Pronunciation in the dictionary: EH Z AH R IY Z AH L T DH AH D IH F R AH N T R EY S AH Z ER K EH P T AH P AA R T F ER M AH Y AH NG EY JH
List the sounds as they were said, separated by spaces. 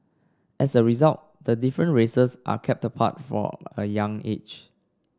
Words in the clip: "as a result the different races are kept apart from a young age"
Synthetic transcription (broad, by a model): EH S AH R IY Z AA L T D AH D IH F R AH N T R EY S AH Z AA K EH P T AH P AA T F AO AH Y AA NG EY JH